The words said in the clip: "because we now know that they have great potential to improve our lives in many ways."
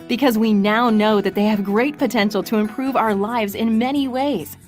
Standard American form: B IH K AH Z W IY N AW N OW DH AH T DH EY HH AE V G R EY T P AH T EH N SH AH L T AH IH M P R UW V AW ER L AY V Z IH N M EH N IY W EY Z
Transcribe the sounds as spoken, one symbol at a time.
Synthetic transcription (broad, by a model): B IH K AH Z W IY N AW N OW DH AH T DH EY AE V G R EY T P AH T EH N SH L T AH IH M P R UW V AW ER L AY V Z IH N M EH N IY W EY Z